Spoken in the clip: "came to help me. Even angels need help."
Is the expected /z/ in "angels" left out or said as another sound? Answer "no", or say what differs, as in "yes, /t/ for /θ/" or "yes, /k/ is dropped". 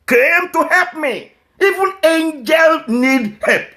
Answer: yes, /z/ is dropped